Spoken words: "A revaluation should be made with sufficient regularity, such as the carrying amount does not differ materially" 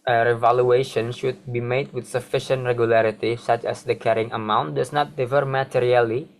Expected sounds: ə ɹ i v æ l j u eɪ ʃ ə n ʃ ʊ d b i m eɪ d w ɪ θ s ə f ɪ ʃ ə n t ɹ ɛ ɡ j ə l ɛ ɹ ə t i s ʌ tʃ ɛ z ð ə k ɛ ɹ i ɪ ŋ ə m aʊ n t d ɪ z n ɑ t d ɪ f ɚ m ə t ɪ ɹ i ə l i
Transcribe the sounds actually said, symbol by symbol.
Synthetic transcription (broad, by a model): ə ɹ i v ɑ l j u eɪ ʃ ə n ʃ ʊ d b i m eɪ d w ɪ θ s ə f ɪ ʃ ə n t ɹ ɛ ɡ j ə l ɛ ɹ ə t i s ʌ tʃ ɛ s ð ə k ɛ ɹ i ɪ ŋ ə m aʊ n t d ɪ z n ɑ t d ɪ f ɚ m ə t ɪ ɹ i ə l i